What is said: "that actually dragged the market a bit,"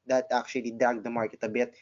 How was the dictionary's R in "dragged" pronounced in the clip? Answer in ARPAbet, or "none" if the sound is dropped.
none